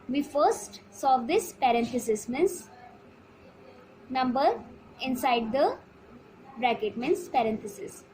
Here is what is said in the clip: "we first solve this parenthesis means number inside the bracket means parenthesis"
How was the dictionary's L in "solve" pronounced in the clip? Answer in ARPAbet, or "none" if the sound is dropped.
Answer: none